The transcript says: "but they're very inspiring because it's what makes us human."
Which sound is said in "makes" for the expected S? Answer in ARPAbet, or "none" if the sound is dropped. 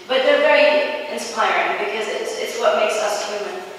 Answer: S